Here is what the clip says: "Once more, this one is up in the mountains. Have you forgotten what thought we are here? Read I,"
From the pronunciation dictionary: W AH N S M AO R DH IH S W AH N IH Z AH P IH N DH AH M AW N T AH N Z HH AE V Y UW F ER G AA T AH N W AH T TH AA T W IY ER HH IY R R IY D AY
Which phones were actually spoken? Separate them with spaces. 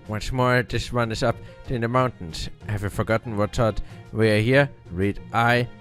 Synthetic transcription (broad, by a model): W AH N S M AO R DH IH S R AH N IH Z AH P IH N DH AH M AW N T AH N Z HH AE V Y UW F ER G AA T N W AH T S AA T W IY ER HH IY R R IY D AY